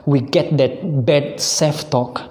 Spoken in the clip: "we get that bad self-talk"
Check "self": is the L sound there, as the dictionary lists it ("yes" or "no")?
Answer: no